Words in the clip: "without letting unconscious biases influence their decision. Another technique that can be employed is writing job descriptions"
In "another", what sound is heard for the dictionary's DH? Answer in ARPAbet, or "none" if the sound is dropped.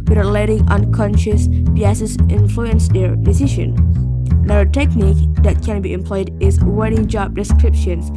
none